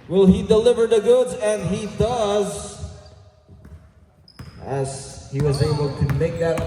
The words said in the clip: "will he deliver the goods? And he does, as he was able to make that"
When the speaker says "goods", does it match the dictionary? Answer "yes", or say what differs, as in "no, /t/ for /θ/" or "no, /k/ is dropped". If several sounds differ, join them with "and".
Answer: yes